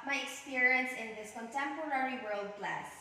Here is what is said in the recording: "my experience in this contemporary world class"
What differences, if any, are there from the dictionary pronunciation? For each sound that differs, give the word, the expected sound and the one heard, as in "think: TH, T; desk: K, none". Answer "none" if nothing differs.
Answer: none